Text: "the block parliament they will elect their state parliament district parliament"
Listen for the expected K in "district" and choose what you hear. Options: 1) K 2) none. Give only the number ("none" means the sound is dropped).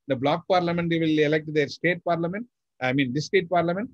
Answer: 2